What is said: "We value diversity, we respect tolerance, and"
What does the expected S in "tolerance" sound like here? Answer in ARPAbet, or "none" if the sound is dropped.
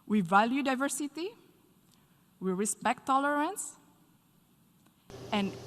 S